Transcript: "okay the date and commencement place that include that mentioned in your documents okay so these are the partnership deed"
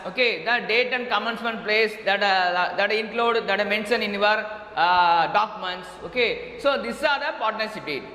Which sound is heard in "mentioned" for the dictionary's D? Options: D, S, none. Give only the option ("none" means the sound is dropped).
none